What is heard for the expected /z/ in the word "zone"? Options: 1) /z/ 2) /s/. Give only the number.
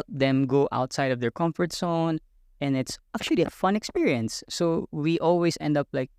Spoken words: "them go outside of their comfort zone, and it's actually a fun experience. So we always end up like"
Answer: 2